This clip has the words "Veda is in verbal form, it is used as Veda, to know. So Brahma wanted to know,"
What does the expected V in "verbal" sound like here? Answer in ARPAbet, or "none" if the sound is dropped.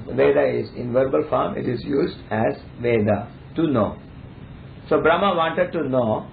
V